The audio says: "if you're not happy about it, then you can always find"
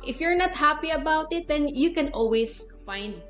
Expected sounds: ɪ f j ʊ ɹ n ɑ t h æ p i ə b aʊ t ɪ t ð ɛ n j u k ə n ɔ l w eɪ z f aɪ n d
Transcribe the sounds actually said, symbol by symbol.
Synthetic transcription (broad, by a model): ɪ f j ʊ ɹ n ɑ t h æ p i ə b aʊ t ɪ t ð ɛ n j u k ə n ɔ l w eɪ s f aɪ n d